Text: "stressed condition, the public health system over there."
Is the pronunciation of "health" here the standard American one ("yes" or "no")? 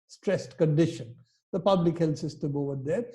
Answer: no